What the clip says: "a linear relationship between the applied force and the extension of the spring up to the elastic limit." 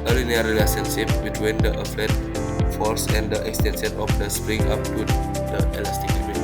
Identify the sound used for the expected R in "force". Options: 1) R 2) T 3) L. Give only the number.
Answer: 3